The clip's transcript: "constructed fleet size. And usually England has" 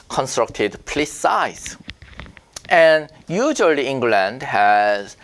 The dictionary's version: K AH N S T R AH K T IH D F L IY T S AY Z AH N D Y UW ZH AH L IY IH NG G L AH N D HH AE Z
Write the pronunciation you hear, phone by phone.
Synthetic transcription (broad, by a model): K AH N S T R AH K T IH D P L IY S S AY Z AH N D Y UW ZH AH L IY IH NG G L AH N D HH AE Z